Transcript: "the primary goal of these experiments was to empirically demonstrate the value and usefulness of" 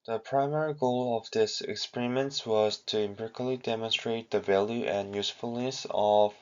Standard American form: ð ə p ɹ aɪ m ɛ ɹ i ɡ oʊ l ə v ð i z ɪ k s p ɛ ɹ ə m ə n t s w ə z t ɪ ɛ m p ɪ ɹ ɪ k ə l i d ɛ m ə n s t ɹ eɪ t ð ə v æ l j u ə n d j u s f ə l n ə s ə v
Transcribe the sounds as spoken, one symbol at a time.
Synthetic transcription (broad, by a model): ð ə p ɹ aɪ m ɛ ɹ i ɡ oʊ l ə v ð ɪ s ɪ k s p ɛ ɹ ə m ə n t s w ə z t ɪ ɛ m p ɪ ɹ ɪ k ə l i d ɛ m ə n s t ɹ eɪ t ð ə v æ l j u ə n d j u s f ə l n ə s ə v